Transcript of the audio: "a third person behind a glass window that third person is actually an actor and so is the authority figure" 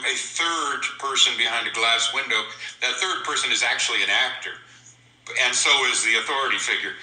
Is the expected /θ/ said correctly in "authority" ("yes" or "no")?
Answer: yes